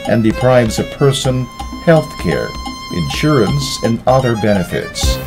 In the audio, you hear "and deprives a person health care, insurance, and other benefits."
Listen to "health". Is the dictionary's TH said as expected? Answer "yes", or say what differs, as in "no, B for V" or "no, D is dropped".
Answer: yes